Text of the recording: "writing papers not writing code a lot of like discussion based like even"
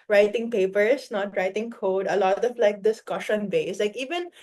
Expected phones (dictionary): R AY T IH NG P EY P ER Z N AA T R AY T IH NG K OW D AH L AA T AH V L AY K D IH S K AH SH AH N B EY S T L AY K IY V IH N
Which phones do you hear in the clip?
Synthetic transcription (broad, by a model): R AY T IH NG P EY P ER S N AA T R AY T IH NG K OW D AH L AA T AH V L AY K D IH S K AH SH AH N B EY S L AY K IY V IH N